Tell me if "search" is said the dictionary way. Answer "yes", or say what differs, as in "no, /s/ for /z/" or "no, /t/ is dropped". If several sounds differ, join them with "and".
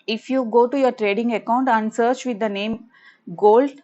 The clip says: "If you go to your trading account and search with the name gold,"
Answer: yes